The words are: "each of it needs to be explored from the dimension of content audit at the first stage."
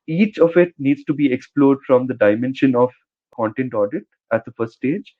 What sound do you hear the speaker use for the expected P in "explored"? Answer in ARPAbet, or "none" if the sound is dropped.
P